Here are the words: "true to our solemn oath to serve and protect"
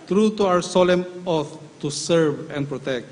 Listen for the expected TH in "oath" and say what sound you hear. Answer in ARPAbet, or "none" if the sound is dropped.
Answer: T